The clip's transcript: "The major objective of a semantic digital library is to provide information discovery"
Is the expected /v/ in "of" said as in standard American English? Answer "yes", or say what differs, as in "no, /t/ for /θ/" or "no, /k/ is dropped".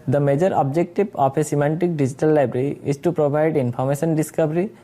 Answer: no, /p/ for /v/